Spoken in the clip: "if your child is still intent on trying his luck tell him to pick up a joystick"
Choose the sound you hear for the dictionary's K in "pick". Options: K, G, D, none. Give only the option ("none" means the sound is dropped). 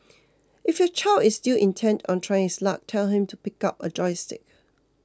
K